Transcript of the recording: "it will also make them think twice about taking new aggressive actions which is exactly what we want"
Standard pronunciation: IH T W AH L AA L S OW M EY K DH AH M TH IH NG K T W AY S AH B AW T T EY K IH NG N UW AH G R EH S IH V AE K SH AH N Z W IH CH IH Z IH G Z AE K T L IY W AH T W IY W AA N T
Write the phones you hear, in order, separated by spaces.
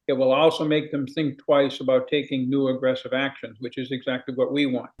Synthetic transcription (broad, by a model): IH T W AH L AA L S OW M EY K DH AH M TH IH NG K T W AY S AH B AW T T EY K IH NG N UW AH G R EH S IH V AE K SH AH N Z W IH CH IH Z IH G Z AE K T L IY W AH T W IY W AA N T